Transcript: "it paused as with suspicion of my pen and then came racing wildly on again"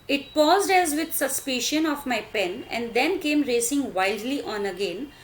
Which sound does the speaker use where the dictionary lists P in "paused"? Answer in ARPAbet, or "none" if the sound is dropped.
P